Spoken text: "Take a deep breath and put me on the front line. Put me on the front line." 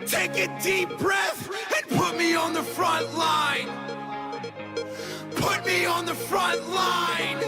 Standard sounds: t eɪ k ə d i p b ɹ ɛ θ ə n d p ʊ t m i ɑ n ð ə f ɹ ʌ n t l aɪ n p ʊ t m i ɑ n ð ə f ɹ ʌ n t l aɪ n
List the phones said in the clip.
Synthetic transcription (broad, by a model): t eɪ k ə d i p b ɹ ɛ θ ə n p ʊ t m i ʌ n ð ə f ɹ ʌ n t l aɪ n p ʊ t m i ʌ n ð ə f ɹ ʌ n t l aɪ n